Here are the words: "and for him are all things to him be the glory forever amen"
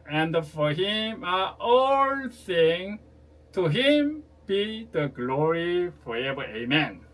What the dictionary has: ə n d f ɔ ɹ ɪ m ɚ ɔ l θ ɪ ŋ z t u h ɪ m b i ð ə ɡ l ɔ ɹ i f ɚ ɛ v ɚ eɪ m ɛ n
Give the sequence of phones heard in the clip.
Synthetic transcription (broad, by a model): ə n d f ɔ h ɪ m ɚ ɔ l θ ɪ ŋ t u h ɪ m b i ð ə ɡ l ɔ ɹ i f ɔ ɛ v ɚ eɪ m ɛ n